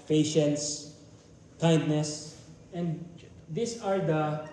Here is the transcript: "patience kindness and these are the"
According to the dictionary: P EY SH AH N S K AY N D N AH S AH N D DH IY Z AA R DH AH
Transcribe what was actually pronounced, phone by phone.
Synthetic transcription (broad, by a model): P EY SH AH N S K AY N D N AH S AH N D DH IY S AA R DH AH